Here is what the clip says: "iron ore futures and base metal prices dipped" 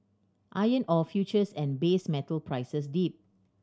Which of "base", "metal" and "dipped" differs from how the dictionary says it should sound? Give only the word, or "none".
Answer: dipped